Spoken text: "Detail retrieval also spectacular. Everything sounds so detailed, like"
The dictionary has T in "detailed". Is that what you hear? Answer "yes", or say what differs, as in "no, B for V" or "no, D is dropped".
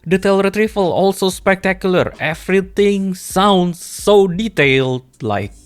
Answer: yes